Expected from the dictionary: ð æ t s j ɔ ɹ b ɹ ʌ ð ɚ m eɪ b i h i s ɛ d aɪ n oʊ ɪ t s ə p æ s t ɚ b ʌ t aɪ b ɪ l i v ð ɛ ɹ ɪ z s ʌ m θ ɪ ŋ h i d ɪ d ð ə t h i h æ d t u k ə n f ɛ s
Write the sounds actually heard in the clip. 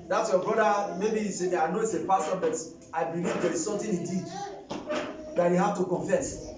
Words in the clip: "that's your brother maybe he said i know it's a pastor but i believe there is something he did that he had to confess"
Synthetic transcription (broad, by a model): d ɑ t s j ɔ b ɹ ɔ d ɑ m eɪ b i i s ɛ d aɪ n oʊ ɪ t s ə p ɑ s t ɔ b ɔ t aɪ b ɪ l i v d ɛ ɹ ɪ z s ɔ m t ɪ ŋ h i d ɪ d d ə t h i h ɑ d t u k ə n f ɛ s